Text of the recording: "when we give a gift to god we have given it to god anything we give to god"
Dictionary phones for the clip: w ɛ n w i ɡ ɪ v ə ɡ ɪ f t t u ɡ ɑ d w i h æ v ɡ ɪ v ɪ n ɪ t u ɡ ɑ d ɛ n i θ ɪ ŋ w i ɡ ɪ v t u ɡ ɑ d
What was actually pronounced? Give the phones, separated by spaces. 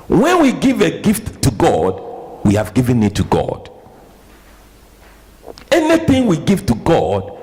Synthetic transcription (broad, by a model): w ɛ n w i ɡ ɪ v ə ɡ ɪ f t t u ɡ ɑ d w i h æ v ɡ ɪ v ɪ n ɪ t u ɡ ɑ d ɛ n i θ ɪ ŋ w i ɡ ɪ v t u ɡ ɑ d